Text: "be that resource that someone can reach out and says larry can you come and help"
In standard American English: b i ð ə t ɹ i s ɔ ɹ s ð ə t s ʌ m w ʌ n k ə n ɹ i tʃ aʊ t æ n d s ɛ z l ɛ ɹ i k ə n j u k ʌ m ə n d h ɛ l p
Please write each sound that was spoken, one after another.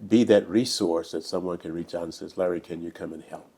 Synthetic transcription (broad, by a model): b i ð ə t ɹ i s ɔ ɹ s ð ə t s ʌ m w ʌ n k ə n ɹ i tʃ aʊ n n s ɛ z l ɛ ɹ i k ə n j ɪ k ʌ m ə n h ɛ l p